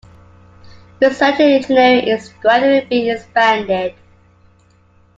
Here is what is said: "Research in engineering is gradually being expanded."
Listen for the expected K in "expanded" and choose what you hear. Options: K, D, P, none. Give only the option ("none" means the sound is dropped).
none